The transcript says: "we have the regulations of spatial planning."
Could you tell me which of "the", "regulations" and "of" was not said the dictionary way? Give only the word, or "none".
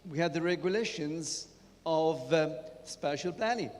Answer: none